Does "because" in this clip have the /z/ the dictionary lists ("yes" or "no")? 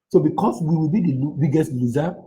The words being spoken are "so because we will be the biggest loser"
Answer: no